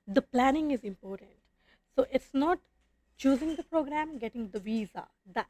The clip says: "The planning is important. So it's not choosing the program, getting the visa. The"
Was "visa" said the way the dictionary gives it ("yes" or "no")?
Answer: yes